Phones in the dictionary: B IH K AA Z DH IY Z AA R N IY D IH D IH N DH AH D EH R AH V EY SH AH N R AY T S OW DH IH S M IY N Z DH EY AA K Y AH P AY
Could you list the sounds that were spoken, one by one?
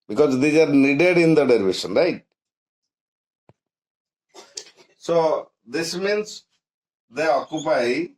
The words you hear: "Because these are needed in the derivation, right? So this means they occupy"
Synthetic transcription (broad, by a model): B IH K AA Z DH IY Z AA R N IY D IH D IH N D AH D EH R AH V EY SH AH N R AY T S OW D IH S M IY N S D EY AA K Y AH P AY